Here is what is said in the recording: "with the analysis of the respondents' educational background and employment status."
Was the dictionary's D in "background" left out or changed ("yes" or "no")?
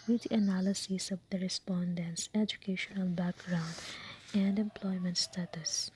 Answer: no